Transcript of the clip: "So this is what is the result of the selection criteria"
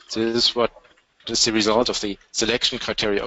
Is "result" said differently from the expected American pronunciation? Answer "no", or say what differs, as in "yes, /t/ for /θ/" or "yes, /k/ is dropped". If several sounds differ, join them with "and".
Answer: no